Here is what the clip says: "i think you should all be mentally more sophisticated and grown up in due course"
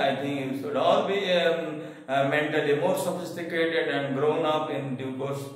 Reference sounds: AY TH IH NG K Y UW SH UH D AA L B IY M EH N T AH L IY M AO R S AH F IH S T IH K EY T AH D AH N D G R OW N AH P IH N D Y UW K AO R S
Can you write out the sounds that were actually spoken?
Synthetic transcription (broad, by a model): AY T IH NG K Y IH S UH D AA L B IY M EH N T AH L IY M AO R S AH F IH S T IH K EY T AH D AH N D G R OW N AH P IH N D Y UW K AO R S